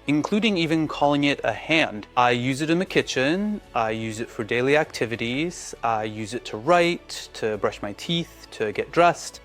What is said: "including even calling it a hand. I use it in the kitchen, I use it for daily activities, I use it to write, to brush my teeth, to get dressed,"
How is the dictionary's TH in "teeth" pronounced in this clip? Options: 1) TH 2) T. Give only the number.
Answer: 1